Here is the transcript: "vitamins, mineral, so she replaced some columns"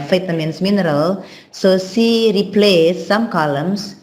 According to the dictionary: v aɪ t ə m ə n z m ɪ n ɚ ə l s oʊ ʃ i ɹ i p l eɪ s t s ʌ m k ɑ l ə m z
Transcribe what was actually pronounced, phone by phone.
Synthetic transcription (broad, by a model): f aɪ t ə m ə n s m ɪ n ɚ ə l s oʊ s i ɹ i p l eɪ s s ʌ m k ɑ l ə m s